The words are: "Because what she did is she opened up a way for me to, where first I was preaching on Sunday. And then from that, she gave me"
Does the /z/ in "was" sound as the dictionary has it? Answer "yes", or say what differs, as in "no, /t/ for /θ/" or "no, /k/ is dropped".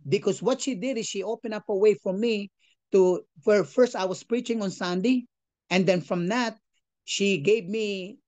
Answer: no, /s/ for /z/